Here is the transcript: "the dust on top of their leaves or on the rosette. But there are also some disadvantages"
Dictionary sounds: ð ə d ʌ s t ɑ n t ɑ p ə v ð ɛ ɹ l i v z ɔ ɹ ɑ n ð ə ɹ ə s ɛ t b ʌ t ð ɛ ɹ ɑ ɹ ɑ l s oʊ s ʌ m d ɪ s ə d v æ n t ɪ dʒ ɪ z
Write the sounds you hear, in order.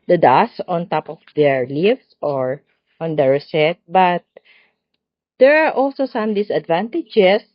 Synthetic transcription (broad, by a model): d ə d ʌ s ɑ n t ɑ p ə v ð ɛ ɹ l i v s ɔ ɹ ɑ n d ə ɹ ə s ɛ t b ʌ t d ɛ ɹ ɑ ɹ ɑ l s oʊ s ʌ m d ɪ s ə d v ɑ n t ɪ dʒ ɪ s